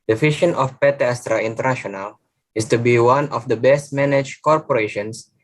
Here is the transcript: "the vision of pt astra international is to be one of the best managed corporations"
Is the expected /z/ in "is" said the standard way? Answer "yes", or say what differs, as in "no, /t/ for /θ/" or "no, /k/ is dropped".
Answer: no, /s/ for /z/